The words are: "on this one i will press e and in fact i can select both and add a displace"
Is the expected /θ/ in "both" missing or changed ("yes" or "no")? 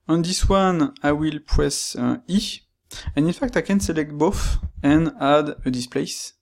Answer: yes